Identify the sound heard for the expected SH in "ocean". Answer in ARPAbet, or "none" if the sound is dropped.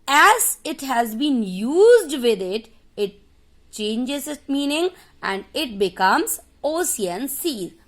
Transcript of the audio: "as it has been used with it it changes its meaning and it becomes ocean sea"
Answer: S